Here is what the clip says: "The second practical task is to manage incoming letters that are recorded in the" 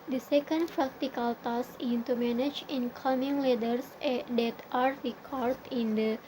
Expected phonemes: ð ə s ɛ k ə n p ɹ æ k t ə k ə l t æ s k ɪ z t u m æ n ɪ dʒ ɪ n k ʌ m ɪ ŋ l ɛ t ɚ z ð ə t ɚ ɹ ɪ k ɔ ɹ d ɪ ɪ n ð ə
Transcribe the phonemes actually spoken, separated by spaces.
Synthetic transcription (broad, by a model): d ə s ɛ k ə n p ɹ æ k t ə k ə l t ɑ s ɪ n t u m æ n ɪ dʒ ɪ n k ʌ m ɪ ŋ l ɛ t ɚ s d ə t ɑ ɹ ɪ k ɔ ɹ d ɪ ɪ n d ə